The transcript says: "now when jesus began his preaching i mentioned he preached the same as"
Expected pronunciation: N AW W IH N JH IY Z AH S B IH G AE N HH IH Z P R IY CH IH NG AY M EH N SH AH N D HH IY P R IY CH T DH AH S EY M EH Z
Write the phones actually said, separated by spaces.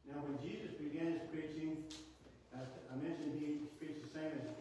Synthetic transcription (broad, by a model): N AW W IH N JH IY Z AH S B IH G AE N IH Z P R IY CH IH NG AY M EH N SH AH N D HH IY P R IY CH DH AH S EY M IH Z